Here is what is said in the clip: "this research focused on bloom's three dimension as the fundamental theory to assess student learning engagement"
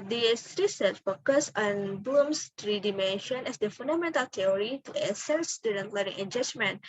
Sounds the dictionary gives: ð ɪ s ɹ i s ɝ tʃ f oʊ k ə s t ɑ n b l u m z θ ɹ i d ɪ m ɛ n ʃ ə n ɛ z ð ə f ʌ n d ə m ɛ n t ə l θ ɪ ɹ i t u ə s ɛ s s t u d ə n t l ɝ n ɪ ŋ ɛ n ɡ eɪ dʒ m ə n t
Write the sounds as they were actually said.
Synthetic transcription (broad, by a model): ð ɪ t ɹ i s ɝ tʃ f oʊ k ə s ɑ n b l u m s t ɹ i d ɪ m ɛ n ʃ ə n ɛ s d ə f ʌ n d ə m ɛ n t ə l t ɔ ɹ i t u ə s ɛ s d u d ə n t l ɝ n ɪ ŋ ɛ n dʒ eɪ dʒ m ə n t